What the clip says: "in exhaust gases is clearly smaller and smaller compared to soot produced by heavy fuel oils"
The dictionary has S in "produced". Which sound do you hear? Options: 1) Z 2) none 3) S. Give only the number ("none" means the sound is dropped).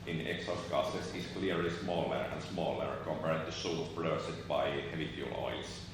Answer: 2